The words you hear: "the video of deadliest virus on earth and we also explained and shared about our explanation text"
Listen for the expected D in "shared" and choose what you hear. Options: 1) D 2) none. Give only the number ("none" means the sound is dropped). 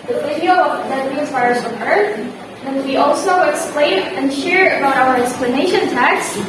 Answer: 2